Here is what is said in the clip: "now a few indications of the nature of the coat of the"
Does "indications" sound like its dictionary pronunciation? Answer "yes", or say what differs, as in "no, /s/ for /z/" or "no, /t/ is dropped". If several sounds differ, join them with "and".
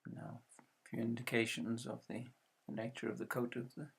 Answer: yes